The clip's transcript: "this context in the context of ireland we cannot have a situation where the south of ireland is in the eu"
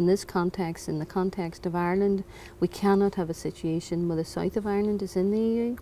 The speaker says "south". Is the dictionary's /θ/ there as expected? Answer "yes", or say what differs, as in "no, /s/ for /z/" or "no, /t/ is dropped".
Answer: yes